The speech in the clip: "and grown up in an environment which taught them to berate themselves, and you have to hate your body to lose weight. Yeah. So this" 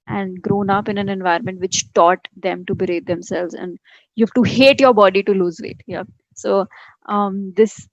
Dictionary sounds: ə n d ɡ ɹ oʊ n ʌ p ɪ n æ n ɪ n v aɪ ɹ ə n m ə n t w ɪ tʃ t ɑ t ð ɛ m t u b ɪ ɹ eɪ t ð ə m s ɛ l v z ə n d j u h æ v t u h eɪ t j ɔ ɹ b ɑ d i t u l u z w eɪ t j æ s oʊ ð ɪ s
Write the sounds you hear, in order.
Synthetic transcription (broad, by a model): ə n d ɡ ɹ oʊ n ʌ p ɪ n æ n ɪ n v aɪ ə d m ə n t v ɪ tʃ t ɑ t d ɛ m t u b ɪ ɹ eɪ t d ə m s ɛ l v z ə n d j u h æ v t u h eɪ t j ɔ ɹ b ɑ d i t u l u z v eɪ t j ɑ s oʊ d ɪ s